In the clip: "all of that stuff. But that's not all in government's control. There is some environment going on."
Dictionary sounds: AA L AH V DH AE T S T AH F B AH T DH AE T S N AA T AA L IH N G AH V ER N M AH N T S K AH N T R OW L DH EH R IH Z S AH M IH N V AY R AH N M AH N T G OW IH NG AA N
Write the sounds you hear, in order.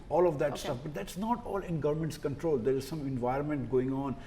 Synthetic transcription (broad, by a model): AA L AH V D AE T S T AH F B AH T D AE T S N AA T AA L IH N G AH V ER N M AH N T S K AH N T R OW L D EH R IH Z S AH M IH N V AY R AH N M AH N T G OW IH NG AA N